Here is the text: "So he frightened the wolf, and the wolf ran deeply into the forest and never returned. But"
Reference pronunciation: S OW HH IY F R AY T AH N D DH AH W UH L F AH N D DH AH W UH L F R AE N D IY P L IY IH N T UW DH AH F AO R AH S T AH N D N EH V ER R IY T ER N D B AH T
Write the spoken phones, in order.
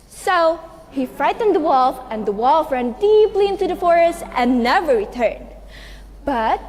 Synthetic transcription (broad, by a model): S OW HH IY F R AY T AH N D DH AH W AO L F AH N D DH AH W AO L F R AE N D IY P L IY IH N T UW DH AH F AO R AH S T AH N N EH V ER R IY T ER N D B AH T